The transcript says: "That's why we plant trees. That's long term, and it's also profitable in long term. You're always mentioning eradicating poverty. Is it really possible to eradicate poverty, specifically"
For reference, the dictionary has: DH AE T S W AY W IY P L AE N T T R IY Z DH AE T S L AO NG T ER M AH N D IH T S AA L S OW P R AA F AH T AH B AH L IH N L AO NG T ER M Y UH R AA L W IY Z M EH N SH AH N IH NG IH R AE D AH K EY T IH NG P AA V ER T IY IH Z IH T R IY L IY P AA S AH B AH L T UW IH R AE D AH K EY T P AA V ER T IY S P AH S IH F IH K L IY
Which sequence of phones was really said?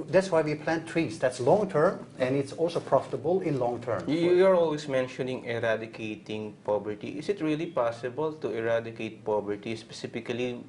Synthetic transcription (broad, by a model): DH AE T S W AY W IY P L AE N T T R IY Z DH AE T S L AO NG T ER M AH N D IH T S AA L S OW P R AA F AH T AH B AH L IH N L AO NG T ER M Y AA R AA L W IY S M EH N SH AH N IH NG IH R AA D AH K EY T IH NG P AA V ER T IY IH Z IH T R IY L IY P AA S AH B AH L T UW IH R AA D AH K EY T P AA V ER T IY S P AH S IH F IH K L IY